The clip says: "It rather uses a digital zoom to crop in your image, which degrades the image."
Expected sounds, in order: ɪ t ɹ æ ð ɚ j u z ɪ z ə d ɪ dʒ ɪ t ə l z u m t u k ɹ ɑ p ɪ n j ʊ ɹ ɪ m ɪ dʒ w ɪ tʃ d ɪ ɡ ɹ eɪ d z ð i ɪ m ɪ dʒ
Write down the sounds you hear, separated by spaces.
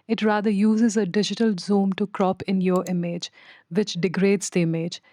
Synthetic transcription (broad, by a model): ɪ t ɹ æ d ɚ j u z ɪ z ə d ɪ dʒ ɪ t ə l z u m t u k ɹ ɑ p ɪ n j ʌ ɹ ɪ m ɪ dʒ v ɪ tʃ d ɪ ɡ ɹ eɪ d z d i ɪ m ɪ dʒ